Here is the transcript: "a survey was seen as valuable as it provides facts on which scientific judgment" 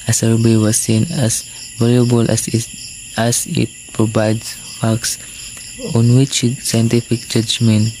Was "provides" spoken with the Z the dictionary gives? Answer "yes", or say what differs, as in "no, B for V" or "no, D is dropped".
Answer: no, S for Z